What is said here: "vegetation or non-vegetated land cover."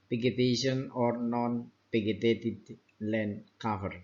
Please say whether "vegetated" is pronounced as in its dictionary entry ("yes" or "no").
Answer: no